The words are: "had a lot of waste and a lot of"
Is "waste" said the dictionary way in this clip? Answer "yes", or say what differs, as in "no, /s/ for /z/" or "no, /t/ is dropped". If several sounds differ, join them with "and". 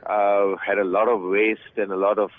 yes